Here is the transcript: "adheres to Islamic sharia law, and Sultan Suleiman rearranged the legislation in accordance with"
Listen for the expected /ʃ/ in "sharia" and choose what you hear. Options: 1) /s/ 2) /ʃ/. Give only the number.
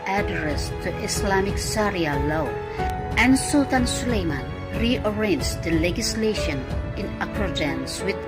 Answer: 1